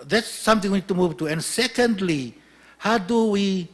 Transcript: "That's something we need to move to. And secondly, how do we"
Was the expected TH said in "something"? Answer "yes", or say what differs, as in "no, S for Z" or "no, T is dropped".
no, T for TH